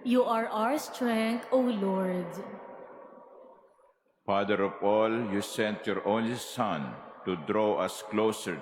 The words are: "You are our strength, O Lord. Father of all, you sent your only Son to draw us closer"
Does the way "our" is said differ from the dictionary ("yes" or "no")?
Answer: no